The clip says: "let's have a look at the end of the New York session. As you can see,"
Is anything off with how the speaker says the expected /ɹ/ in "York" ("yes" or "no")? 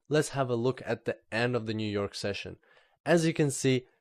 no